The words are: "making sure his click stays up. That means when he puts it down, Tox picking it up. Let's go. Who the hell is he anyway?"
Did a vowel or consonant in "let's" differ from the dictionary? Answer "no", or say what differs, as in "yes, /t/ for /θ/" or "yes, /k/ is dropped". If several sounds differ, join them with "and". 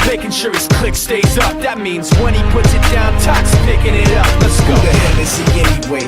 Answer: yes, /n/ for /l/